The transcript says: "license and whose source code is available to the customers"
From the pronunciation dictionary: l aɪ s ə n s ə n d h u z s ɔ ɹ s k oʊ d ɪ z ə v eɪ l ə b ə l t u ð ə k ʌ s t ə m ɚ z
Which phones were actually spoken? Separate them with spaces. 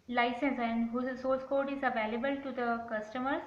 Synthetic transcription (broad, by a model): l aɪ s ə n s ə n d h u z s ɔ l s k oʊ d ɪ z ə v eɪ l ə b ə l t u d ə k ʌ s t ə m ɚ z